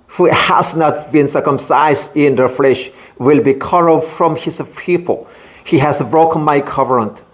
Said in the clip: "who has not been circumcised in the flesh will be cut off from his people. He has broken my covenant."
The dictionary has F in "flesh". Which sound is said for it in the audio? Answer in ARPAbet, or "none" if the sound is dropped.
F